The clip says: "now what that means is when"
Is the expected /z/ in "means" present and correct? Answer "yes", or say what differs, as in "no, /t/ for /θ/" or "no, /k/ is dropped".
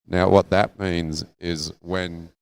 yes